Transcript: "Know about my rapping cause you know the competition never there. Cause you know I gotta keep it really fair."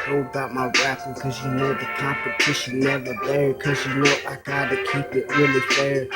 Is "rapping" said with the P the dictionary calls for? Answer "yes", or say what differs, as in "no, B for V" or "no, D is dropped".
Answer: no, B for P